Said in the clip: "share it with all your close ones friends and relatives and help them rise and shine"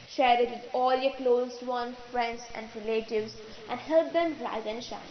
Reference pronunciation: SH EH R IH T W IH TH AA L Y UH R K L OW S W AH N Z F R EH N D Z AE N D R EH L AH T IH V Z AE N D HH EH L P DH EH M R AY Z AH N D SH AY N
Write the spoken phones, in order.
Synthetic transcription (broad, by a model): SH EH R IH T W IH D AA L Y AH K L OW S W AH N F R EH N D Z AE N D R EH L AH T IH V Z AE N D HH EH L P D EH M R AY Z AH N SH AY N